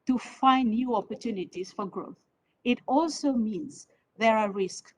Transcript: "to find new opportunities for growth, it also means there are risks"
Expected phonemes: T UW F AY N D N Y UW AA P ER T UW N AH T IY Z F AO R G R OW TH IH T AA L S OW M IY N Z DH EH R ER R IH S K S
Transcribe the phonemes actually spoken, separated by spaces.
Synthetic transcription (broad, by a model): T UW F AY N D N Y UW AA P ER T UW N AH T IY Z F AO R G R OW TH IH T AA L S OW M IY N Z DH EH R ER R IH S K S